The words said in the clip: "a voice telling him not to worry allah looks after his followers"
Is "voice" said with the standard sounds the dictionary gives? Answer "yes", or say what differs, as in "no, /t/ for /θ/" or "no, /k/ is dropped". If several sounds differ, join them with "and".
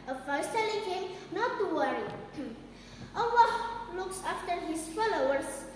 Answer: no, /f/ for /v/